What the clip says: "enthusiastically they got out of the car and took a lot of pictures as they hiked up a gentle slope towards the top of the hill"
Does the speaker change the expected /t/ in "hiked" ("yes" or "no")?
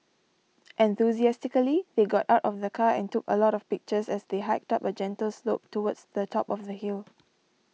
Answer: no